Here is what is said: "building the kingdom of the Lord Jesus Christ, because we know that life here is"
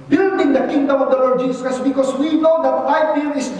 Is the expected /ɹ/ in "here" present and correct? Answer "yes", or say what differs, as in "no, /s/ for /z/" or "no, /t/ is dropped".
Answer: no, /l/ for /ɹ/